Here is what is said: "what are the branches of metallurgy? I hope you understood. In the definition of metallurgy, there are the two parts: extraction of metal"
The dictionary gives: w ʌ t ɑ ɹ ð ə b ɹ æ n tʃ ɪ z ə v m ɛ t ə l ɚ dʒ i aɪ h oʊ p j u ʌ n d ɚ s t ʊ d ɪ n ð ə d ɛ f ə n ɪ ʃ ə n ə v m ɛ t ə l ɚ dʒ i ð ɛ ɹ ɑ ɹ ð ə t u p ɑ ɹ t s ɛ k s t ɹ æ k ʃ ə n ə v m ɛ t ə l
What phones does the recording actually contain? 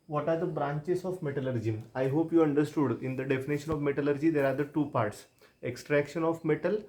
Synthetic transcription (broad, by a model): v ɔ t ɑ ɹ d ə b ɹ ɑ n tʃ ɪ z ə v m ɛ t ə l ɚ dʒ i aɪ h oʊ p j u ʌ n d ɚ s t ʊ d ɪ n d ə d ɛ f ə n ɪ ʃ ə n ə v m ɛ t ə l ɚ dʒ i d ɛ ɹ ɑ ɹ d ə t u p ɑ ɹ t s ɛ k s t ɹ æ k ʃ ə n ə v m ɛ t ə l